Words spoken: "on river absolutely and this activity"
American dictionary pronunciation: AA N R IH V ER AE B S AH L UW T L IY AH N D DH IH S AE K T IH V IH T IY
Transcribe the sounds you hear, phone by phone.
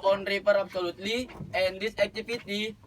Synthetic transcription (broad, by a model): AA N R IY P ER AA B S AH L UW T L IY AH N D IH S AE K T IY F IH T IY